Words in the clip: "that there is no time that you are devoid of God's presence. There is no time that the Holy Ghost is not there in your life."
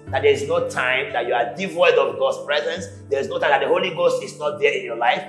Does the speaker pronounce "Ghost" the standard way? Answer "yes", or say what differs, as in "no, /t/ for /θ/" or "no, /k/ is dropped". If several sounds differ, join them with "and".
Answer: yes